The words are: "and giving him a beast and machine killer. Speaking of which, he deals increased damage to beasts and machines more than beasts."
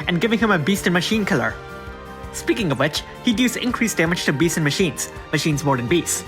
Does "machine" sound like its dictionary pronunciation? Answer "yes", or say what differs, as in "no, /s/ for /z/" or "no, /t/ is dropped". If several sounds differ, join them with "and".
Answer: yes